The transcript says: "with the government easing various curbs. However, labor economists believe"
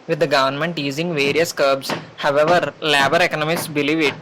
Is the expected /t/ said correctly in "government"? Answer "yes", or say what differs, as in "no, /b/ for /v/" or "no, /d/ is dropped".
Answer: yes